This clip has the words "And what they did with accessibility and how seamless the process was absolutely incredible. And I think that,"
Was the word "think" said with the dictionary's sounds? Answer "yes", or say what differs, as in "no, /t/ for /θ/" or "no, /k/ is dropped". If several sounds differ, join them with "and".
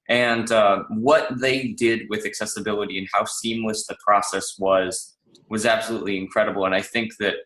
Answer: yes